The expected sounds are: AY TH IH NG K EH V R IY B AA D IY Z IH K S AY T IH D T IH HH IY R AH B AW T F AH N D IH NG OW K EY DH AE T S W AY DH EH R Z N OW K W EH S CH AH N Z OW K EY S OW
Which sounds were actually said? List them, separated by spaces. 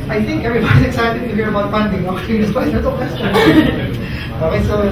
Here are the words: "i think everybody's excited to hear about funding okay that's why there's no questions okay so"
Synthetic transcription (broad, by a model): AY TH IH NG K EH V R IY B AA D IY Z IH K S AY T IH D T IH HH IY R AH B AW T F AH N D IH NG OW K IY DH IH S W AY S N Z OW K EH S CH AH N OW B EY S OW